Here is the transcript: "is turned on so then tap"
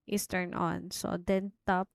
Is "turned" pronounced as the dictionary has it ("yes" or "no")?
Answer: no